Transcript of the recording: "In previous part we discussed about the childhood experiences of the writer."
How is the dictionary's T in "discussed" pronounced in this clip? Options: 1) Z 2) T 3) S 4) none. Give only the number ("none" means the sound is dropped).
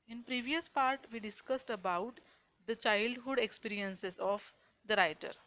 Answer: 2